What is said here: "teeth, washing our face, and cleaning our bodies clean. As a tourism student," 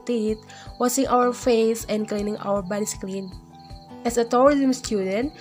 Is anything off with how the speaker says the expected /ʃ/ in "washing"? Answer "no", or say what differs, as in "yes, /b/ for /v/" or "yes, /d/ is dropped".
yes, /s/ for /ʃ/